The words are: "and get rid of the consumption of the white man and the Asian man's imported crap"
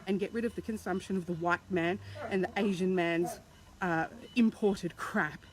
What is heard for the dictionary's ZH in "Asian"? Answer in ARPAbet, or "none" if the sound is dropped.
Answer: ZH